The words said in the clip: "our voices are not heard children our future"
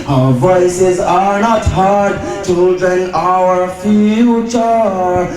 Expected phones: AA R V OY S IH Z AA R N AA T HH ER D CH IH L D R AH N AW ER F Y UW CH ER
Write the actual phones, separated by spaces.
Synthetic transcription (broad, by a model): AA V OY S IH Z AA R N AA T HH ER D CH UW D AH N AW ER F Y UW CH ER